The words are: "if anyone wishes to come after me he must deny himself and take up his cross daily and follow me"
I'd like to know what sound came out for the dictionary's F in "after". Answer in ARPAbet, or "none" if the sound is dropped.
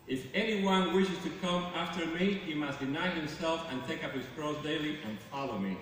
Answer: F